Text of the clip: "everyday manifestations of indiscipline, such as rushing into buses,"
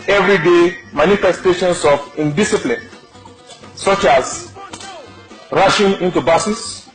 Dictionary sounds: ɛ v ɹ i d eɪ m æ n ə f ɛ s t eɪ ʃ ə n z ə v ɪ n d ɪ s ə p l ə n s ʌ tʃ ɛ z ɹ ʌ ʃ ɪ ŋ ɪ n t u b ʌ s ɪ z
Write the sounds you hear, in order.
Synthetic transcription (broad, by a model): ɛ v ɹ i d eɪ m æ n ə f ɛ s t eɪ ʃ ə n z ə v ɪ n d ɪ s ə p l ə n s ʌ tʃ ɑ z ɹ ʌ ʃ ɪ ŋ ɪ n t u b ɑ s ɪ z